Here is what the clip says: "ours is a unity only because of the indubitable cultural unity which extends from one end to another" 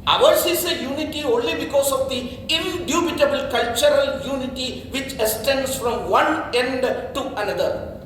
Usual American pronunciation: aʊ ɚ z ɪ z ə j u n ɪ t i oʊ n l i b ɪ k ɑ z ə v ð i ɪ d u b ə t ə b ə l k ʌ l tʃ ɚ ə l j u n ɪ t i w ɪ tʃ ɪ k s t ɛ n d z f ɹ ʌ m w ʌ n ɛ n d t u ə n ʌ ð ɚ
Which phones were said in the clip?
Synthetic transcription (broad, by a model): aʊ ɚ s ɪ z ə j u n ɪ t i oʊ n l i b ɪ k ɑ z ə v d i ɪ d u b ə t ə b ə l k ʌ l tʃ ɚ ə l j u n ɪ t i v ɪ tʃ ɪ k s t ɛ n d s f ɹ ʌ m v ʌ n ɛ n d t u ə n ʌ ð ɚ